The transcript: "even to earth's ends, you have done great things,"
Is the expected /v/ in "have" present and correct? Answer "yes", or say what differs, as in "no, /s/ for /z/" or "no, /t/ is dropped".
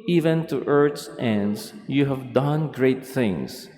yes